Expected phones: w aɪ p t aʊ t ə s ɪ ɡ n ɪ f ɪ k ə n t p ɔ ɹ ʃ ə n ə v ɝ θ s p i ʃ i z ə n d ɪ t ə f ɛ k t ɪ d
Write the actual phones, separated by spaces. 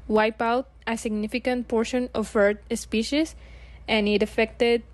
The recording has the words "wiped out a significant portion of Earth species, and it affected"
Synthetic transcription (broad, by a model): w aɪ p aʊ t ə s ɪ ɡ n ɪ f ɪ k ə n t p ɔ ɹ ʃ ə n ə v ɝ t s p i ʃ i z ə n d ɪ t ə f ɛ k t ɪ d